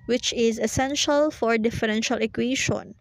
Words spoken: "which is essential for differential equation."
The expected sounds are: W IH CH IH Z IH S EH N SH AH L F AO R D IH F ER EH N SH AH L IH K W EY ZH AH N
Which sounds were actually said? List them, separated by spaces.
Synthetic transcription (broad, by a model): W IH CH IH Z IH S EH N SH AH L F AO R D IH F ER EH N SH AH L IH K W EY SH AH N